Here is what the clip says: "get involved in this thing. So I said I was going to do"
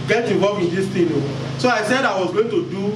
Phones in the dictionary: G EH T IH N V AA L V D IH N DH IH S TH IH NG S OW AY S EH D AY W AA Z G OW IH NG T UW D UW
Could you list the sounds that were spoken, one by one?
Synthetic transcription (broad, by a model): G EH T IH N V AA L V IH N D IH S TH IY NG S OW AY S EH D AY W AA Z G OW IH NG T UW D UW